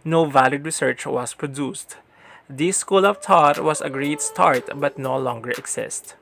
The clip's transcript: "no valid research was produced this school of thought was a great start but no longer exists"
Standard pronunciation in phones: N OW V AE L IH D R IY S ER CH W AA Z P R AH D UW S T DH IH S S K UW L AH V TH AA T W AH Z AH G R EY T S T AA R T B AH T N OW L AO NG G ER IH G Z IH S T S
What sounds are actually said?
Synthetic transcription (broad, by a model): N OW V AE L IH D R IY S ER CH W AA S P R AH D UW S T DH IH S S K UW L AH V T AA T W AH S AH G R EY T S T AA R T B AH T N OW L AO NG G ER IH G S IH S T